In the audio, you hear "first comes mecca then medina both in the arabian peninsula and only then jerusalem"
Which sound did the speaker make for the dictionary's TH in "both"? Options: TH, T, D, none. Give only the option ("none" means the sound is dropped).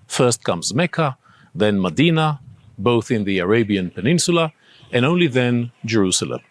TH